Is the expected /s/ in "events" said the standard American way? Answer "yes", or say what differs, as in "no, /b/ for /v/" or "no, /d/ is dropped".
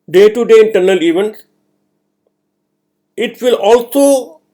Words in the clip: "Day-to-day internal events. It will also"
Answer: no, /s/ is dropped